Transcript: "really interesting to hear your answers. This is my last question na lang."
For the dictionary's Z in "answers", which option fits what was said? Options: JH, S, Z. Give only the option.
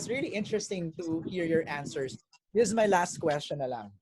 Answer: S